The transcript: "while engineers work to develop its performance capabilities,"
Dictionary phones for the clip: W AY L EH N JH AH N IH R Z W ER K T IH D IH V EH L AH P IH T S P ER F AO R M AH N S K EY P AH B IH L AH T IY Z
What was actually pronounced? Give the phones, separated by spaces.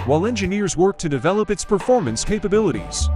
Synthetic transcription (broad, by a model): W AY L EH N JH AH N IH R Z W ER K T IH D IH V EH L AH P IH T S P ER F AO R M AH N S K EY P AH B IH L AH T IY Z